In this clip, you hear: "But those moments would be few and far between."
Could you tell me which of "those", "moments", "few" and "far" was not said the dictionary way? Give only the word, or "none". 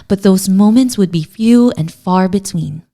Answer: none